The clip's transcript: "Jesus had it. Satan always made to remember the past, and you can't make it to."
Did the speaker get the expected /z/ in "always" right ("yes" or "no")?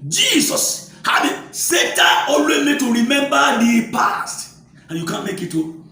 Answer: no